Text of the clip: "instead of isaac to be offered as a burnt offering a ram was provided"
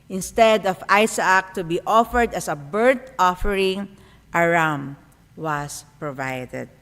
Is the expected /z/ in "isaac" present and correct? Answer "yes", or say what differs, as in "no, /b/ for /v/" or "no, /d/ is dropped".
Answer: no, /s/ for /z/